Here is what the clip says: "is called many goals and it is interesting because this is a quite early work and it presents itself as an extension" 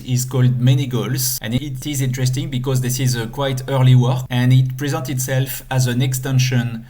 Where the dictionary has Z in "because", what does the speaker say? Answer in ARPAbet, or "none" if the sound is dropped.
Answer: Z